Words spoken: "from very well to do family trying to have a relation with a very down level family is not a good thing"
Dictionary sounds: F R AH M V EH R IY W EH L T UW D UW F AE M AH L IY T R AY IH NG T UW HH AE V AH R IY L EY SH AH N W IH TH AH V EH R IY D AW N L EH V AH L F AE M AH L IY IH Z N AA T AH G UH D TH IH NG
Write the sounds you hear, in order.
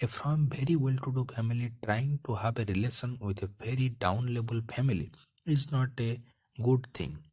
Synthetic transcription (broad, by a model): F R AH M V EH R IY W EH L T UW D UW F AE M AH L IY T R AY IH NG T UW HH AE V AH R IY L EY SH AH N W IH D AH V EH R IY D AW N L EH B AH L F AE M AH L IY IH Z N AA T AH G UH D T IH NG